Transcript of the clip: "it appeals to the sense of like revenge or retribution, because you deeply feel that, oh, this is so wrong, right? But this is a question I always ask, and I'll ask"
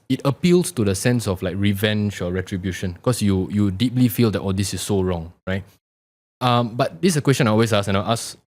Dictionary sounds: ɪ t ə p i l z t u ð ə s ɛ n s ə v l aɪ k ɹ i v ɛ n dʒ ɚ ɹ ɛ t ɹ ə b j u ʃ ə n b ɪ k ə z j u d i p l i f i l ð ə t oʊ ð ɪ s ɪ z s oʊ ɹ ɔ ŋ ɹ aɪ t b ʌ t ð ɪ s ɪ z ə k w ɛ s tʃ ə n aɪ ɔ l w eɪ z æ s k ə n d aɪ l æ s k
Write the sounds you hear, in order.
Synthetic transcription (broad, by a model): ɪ t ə p i l s t u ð ə s ɛ n s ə f l aɪ k ɹ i v ɛ n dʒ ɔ ɹ ɛ t ɹ ə b j u ʃ ə n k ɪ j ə j u d i p l i f i l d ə t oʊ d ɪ s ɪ s oʊ ɹ ɔ ŋ ɹ aɪ t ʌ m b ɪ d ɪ s ə k w ɛ s tʃ ə n aɪ ɔ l w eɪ s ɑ s ə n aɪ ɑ s